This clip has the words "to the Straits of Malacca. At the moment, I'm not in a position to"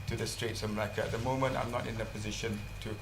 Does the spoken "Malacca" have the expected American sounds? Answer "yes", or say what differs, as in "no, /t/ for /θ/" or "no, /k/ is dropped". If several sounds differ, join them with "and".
no, /l/ is dropped